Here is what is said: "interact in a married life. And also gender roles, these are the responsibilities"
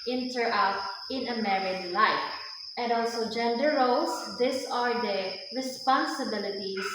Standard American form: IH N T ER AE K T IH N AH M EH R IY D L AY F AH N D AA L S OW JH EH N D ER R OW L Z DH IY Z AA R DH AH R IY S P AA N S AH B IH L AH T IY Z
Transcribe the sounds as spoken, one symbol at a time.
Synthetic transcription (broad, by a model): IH N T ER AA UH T IH N AH M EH R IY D L AY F AH N D AA L S OW JH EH N D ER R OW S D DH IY S AA R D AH R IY S P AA N S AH B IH L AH T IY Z